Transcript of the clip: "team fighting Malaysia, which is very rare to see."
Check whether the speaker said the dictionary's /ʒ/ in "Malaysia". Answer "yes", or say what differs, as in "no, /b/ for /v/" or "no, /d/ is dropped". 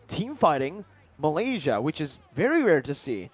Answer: yes